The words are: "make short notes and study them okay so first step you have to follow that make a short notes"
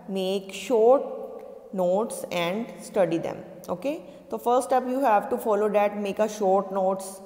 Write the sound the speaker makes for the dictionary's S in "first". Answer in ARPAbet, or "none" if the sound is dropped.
none